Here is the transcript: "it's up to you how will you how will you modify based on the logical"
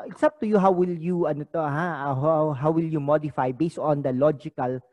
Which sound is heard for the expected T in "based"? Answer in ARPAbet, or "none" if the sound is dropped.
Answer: T